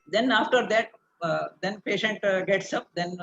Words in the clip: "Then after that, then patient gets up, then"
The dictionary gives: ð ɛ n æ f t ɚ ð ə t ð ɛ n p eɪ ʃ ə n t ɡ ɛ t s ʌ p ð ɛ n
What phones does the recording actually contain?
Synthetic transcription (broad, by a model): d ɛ n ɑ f t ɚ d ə t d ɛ n p eɪ ʃ ə n t ɡ ɛ t s ʌ p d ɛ n